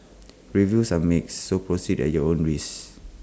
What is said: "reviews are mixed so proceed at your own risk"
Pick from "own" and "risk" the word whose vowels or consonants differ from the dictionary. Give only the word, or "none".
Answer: risk